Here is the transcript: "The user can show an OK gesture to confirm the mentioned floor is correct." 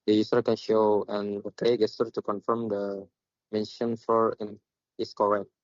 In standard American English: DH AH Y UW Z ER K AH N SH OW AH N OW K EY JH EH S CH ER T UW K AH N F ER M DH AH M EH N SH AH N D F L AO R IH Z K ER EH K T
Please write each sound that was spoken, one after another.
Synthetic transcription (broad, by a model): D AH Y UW S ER K AH N SH OW AH N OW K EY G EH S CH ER T UW K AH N F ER M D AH M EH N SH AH N F AO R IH S K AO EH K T